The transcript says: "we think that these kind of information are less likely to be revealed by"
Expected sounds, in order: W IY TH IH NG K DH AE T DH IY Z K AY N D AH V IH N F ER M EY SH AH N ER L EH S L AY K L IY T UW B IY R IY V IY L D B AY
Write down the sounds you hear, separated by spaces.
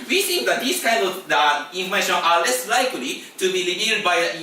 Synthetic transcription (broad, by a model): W IY S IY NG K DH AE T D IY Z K AY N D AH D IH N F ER M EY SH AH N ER L EH S L AY K L IY T UW B IY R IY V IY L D B AY